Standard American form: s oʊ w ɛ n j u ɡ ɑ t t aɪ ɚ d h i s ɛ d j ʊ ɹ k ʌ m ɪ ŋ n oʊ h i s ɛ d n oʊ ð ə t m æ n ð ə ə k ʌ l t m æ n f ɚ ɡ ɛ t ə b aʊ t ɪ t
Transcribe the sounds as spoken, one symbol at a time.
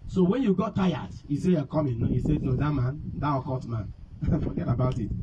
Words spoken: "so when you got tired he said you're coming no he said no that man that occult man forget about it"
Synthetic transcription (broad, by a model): s oʊ w ɛ n j u ɡ ɑ t t aɪ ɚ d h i s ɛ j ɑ k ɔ m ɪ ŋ n oʊ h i s ɛ d n oʊ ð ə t m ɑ n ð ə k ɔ t m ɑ n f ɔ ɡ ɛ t ə b aʊ t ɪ t